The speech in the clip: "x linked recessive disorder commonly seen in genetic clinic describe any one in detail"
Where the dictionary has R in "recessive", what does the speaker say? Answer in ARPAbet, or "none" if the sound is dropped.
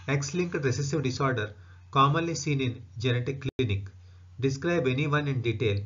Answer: R